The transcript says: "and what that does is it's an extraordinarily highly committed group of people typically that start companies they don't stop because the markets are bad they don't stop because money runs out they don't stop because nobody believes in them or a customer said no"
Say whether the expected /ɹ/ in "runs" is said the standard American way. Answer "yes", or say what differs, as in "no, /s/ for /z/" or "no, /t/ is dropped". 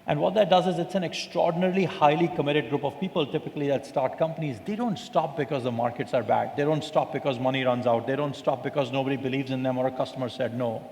yes